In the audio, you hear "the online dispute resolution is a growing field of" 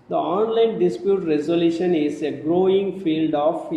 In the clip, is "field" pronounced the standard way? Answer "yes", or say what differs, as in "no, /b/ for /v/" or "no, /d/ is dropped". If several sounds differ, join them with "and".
yes